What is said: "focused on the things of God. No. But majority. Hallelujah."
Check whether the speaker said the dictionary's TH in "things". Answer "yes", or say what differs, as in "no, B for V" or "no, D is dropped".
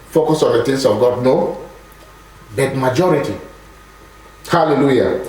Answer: no, T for TH